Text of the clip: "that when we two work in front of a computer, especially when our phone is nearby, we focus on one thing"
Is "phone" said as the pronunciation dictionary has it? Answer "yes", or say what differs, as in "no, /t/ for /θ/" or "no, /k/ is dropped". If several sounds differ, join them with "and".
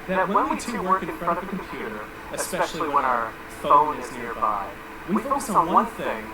no, /l/ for /n/